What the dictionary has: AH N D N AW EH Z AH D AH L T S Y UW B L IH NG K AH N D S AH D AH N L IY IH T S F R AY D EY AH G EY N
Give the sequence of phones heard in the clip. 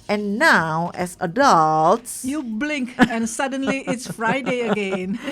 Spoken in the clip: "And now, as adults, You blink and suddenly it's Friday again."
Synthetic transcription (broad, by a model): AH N N AW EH S AH D AH L T S Y UW B L IH NG K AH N S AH D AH N L IY IH T S F R AY D EY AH G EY N